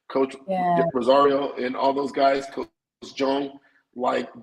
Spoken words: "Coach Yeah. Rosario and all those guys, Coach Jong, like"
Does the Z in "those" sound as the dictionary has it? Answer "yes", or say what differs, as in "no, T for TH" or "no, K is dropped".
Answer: yes